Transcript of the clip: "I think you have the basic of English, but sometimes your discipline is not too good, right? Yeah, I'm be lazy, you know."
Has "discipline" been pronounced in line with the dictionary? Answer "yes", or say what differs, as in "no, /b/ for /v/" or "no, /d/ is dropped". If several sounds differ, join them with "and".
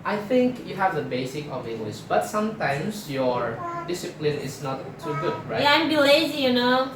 yes